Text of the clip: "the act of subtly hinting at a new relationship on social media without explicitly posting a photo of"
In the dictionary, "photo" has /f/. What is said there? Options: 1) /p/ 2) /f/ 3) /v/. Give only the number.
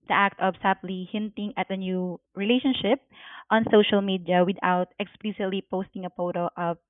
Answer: 1